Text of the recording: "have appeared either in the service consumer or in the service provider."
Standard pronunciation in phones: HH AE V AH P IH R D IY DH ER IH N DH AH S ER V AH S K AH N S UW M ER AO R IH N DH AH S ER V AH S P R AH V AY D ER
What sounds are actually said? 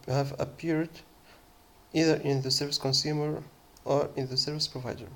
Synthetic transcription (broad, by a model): HH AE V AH P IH R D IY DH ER IH N DH AH S ER V AH S K AH N S UW M ER AO R IH N DH AH S ER V AH S P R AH V AY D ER